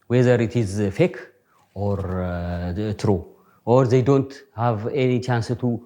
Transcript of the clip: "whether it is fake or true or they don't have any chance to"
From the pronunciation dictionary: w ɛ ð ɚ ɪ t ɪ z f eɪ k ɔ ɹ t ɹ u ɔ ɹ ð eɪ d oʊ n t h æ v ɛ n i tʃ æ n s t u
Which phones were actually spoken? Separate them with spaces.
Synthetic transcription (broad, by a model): w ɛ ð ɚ ɪ t ɪ z f eɪ k ɔ ɹ t ɹ u ɔ ɹ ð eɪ d oʊ n t h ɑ v ɛ n i tʃ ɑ n s t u